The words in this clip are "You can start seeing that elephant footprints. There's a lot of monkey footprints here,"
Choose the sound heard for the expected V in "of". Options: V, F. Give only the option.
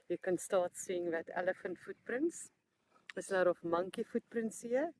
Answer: F